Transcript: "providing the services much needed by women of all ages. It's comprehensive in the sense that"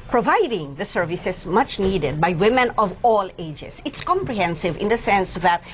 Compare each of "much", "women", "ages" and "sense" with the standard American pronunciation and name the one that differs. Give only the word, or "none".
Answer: ages